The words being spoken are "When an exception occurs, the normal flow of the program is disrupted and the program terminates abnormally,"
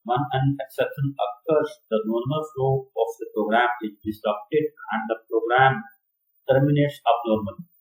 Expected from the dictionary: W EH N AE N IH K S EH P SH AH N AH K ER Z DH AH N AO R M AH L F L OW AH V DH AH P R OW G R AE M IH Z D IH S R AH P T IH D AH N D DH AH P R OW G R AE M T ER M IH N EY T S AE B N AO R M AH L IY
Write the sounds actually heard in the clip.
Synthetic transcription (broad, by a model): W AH N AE N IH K S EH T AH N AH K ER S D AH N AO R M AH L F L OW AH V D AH P R OW G R AE M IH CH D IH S AH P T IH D AH N D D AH P R OW G R AE M T ER M IH N EY T S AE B N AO R M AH L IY